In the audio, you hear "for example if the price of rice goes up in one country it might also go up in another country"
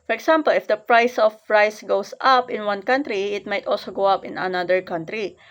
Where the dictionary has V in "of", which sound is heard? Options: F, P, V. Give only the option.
P